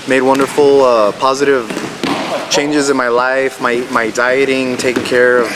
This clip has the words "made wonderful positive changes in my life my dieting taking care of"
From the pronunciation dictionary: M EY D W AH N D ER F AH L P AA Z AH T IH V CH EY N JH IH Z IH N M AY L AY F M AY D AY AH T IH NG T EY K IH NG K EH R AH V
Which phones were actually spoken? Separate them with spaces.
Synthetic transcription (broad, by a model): M EY D W AH N D ER F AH P AA Z AH T IH V CH EY N JH IH Z IH N M AY L AY F M AY D AY AH T IH NG T EY K IH NG K EH R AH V